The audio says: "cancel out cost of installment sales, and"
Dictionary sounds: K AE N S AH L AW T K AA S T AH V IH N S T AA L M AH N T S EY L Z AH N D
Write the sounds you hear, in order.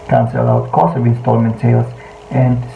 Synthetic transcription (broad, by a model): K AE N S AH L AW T K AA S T AH V IH N S T AA L M AH N T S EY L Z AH N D